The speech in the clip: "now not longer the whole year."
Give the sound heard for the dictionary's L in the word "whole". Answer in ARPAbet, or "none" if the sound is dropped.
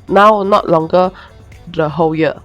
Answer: W